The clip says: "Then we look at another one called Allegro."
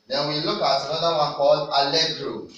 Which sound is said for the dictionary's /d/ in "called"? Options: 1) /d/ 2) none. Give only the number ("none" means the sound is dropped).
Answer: 2